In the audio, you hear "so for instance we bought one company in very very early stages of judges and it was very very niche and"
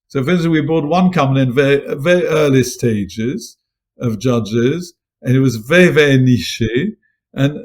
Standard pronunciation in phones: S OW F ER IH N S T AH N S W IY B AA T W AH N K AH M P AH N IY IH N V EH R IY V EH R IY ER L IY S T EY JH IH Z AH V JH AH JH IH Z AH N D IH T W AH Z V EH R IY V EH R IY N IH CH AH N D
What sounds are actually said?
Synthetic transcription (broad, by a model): S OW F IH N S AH W IY B AA T W AH N K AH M AH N IH N V EH R IY V EH R IY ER L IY S T EY JH IH Z AH V JH AH JH IH Z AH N IH T W AH Z V EH R IY V EH R IY N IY SH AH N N